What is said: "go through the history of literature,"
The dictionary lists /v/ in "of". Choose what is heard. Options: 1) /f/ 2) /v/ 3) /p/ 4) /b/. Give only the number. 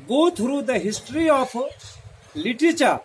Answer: 3